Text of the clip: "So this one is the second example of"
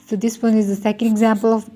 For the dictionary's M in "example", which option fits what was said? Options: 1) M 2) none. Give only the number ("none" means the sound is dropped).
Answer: 1